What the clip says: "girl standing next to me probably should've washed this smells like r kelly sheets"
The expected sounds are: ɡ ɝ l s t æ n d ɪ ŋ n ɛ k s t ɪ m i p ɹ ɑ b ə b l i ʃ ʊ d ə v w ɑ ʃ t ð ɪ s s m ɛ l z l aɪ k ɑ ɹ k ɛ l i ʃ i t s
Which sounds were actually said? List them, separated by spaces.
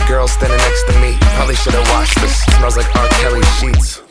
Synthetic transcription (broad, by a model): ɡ ɝ l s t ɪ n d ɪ n ɛ k s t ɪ m i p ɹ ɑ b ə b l i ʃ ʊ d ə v w ɑ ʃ ð ɪ s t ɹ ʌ z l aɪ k ɑ ɹ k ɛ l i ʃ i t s